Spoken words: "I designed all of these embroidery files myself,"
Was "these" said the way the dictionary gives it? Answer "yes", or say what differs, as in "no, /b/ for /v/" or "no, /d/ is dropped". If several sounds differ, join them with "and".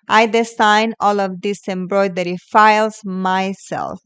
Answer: no, /s/ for /z/